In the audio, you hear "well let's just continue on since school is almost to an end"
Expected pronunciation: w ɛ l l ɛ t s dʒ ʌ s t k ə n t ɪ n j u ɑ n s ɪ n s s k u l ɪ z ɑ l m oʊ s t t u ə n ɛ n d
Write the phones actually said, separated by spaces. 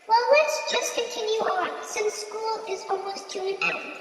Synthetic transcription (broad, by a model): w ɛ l w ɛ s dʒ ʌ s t k ə n t ɪ n j u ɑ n s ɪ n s s k u l ɪ z ɑ l m oʊ s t t u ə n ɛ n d